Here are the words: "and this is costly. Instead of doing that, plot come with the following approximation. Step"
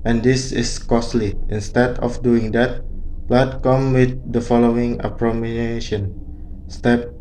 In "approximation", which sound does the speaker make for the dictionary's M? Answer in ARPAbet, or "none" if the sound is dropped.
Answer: none